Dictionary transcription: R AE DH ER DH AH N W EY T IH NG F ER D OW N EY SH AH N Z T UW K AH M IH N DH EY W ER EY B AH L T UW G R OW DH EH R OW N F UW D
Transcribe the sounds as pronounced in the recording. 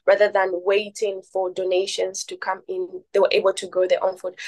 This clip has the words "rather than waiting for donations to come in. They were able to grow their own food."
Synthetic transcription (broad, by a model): R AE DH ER DH AH N W EY T IH NG F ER D OW N EY SH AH N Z T UW K AH M IH N DH EY W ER EY B AH L T UW G OW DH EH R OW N F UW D